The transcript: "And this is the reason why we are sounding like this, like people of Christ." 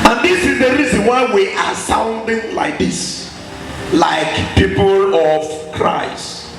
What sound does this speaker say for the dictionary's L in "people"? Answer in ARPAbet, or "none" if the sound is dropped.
L